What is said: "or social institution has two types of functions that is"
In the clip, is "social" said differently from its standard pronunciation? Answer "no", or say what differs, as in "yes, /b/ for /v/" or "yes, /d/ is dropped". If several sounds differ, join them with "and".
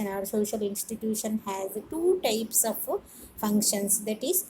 no